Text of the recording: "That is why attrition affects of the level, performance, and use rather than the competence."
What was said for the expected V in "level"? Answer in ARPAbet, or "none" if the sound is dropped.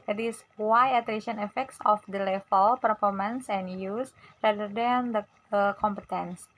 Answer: F